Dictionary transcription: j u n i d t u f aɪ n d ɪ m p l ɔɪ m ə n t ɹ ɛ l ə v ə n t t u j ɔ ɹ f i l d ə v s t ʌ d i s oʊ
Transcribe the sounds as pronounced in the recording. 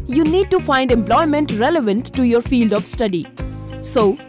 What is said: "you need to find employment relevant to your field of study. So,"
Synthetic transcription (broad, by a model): j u n i d t u f aɪ n d ɪ m p l ɔɪ m ə n t ɹ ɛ l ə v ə n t t u j ɔ ɹ f i l d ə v s t ʌ d i s oʊ